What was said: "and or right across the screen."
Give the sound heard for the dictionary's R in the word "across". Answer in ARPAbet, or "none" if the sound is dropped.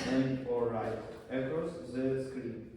none